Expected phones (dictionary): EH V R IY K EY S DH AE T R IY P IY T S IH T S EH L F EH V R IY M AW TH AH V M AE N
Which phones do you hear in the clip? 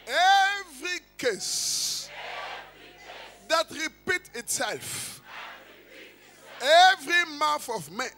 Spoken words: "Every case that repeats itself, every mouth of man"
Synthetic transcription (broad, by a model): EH V R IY K EY S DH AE T R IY P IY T IH T S EH L F EH V R IY M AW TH AH V M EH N